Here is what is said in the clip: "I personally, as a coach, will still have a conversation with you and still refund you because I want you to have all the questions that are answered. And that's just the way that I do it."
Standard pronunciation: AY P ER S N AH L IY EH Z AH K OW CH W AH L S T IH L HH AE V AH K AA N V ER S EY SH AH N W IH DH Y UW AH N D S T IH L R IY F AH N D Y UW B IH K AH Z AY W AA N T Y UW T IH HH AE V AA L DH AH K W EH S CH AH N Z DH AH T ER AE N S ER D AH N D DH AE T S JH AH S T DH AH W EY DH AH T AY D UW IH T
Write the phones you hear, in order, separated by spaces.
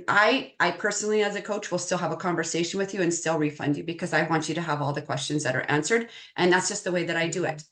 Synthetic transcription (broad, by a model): AY P ER S N L IY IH Z AH K OW CH W AH L S T IH L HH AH V AH K AA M V ER S EY SH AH N W IH DH Y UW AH N S T IH L R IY F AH N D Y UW B IH K AH Z AY W AA N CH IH T IH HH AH V AA L DH AH K W EH S CH AH N Z DH AH T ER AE N S ER D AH N DH AE T S JH AH S T DH AH W EY DH AH T AY D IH IH T